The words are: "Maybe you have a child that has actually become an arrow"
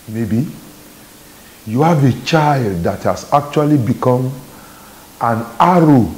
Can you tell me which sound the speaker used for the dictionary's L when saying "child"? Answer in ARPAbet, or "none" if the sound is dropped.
L